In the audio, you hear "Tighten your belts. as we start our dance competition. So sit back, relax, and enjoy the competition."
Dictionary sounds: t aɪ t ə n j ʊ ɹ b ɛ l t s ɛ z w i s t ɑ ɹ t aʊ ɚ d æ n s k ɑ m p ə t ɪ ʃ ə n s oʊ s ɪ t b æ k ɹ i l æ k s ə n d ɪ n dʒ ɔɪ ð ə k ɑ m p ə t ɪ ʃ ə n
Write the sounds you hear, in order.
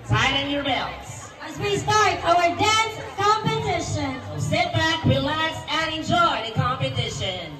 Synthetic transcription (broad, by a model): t aɪ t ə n j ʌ ɹ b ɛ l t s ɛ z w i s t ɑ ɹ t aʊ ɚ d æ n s k ɑ m p ə t ɪ ʃ ə n s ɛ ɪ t b æ k w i l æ s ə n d ɪ n dʒ ɔɪ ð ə k ɑ m p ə t ɪ ʃ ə n